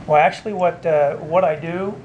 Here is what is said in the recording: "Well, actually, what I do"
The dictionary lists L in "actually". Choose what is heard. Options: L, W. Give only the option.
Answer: W